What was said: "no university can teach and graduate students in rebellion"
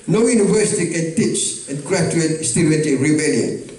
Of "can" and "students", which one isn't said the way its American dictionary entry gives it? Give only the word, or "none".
students